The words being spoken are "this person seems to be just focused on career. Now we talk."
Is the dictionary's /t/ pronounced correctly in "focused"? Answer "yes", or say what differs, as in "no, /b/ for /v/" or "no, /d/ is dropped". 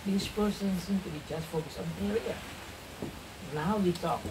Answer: no, /t/ is dropped